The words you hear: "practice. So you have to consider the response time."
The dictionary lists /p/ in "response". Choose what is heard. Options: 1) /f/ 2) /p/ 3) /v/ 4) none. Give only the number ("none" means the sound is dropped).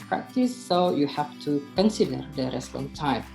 4